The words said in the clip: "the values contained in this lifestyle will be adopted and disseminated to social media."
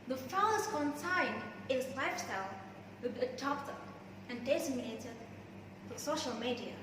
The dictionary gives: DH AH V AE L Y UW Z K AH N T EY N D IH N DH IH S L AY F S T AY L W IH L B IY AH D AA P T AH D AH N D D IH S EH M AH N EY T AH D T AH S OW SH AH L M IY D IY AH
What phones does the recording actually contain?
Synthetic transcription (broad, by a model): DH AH F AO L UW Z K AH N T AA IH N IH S L AY F S T AY L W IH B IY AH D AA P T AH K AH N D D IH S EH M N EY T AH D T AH S OW SH AH L M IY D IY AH